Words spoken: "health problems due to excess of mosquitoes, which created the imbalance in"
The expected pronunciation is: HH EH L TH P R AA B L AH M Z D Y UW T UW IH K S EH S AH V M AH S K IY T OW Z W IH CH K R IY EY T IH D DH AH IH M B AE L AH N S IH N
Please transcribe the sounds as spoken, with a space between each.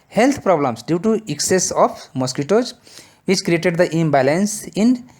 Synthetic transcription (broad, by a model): HH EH L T P R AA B L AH M S D Y UW T UW IH K S EH S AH P M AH S K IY T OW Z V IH CH K R IY EY T IH D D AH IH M B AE L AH N S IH N